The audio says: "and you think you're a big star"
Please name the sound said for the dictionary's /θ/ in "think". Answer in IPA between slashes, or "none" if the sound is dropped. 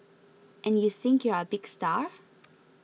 /θ/